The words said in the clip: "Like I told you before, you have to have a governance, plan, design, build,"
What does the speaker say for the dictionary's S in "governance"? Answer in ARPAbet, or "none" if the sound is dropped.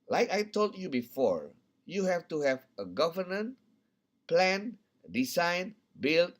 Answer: none